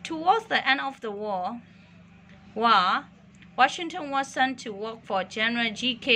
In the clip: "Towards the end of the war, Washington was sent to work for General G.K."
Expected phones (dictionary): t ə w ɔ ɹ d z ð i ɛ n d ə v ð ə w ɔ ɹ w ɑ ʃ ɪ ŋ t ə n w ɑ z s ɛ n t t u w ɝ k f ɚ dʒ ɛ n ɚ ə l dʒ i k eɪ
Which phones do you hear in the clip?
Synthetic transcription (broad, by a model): t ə w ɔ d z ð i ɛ n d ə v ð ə w ɔ w w ɑ ʃ ɪ ŋ t ə n w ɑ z s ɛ n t t u w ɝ k f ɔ dʒ ɛ n ɚ ə l dʒ i k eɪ